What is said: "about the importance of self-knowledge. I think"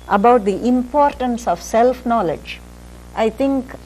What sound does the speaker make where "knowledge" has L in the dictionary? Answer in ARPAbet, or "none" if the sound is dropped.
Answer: L